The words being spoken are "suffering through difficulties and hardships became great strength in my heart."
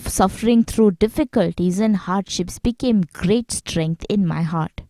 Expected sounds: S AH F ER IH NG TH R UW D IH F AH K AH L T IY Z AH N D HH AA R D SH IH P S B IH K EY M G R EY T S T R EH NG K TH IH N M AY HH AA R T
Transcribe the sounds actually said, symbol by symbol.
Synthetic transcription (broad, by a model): S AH F ER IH NG T R UW D IH F AH K AH L T IY Z AH N D HH AA R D SH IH P S B IH K EY M G R EY T S T R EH NG K T IH N M AY HH AA R T